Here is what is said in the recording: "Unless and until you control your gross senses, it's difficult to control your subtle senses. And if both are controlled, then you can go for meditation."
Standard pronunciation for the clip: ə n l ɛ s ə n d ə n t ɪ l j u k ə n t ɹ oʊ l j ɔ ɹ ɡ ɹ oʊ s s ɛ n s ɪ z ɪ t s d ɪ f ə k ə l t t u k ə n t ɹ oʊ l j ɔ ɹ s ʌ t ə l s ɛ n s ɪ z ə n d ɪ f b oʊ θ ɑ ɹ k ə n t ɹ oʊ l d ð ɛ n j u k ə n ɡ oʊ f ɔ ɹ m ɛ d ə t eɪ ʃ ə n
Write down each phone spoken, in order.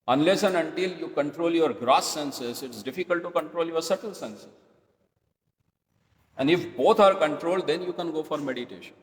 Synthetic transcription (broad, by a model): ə n l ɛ s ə n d ə n t ɪ l j u k ə n t ɹ oʊ l j ɔ ɹ ɡ ɹ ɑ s s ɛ n s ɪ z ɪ t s d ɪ f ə k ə l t t u k ə n t ɹ oʊ l j ɔ ɹ s ʌ t ə l s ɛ n s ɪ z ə n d ɪ f b oʊ t ɑ ɹ k ə n t ɹ oʊ l d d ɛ n j u k ə n ɡ oʊ f ɔ ɹ m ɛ d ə t eɪ ʃ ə n